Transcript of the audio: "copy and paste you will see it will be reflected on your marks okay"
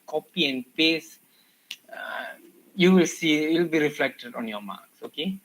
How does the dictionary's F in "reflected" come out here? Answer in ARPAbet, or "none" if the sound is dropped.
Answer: F